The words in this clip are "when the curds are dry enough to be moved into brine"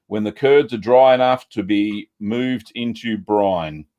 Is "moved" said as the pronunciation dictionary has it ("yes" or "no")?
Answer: yes